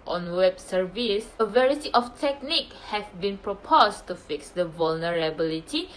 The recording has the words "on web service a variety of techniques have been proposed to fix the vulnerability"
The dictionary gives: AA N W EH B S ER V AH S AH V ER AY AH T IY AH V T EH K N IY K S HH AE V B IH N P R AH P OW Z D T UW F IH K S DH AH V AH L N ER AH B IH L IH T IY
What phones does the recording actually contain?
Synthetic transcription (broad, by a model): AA N W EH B S ER V AH S AH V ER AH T IY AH F T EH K N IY K HH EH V B IH N P R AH P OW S T UW F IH K S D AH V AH L N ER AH B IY L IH T IY